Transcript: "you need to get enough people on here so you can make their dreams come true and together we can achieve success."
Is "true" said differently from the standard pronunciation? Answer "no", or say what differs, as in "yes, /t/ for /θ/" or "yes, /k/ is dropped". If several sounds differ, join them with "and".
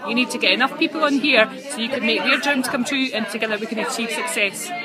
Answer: no